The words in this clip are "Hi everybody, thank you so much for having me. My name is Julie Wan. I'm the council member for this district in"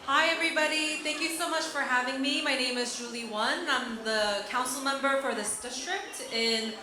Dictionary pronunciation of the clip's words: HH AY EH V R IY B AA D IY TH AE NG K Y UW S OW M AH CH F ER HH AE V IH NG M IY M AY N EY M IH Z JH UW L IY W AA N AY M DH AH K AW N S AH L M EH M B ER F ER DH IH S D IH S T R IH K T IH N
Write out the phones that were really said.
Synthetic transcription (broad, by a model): HH AY EH V R IY B AA D IY TH AE NG K Y UW S OW M AH CH F ER HH AE V IH NG M IY M AY N EY M IH Z JH UW L IY W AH N AY M DH AH K AW N S L M EH M B ER F ER DH IH S D IH S T R IH K T IH N